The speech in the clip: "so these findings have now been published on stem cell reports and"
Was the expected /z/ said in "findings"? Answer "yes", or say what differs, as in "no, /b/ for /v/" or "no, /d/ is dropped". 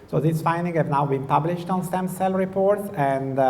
no, /z/ is dropped